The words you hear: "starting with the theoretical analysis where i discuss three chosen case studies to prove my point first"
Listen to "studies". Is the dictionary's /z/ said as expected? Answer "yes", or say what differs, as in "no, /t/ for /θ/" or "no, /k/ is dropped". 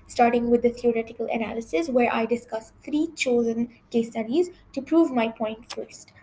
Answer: yes